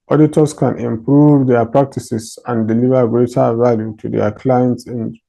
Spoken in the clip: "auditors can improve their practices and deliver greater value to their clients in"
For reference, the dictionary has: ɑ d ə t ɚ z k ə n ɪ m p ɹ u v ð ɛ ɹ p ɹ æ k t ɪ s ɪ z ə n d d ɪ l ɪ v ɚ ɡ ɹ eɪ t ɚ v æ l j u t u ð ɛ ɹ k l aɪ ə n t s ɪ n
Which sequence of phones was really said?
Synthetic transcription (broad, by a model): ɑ d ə t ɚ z k ə n ɪ m p ɹ u v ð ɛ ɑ p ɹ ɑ k t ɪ s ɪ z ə n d d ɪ l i v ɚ ɡ ɹ eɪ t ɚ v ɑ l j u t u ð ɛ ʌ k l aɪ ə n t s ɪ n